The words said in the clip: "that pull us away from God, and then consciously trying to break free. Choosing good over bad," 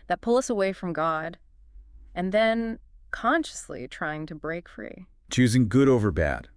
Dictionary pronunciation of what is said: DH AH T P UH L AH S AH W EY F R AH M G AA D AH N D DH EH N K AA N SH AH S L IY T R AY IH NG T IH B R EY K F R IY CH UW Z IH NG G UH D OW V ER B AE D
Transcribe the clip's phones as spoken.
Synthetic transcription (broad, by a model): DH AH T P UH L AH S AH W EY F R AH M G AA D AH N DH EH N K AA N SH AH S L IY T R AY IH NG T IH B R EY K F R IY CH UW Z IH NG G UH D OW V ER B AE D